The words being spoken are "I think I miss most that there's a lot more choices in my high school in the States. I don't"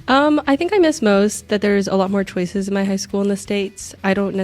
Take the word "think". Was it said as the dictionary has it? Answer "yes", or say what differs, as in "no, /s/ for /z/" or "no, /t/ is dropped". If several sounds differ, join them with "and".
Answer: yes